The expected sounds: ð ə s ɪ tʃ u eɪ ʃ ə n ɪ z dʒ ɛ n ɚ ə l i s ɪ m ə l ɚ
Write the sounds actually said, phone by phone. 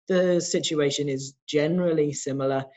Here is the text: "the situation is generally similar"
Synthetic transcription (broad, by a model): ð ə s ɪ tʃ u eɪ ʃ ə n ɪ z dʒ ɛ n ɚ ə l i s ɪ m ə l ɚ